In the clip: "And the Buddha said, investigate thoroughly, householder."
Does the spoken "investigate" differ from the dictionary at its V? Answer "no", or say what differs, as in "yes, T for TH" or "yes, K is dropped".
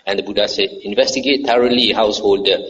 no